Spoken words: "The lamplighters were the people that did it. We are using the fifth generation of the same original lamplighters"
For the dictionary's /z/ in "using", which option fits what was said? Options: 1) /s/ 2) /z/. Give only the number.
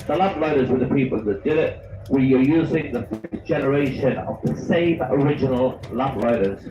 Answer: 2